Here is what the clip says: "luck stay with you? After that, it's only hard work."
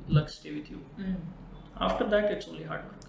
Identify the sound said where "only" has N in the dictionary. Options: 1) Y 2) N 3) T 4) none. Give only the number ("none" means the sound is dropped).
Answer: 4